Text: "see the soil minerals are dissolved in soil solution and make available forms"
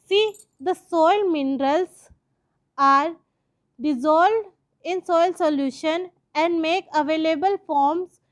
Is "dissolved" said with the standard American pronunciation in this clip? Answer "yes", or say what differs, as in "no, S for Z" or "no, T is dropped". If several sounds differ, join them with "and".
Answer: no, V is dropped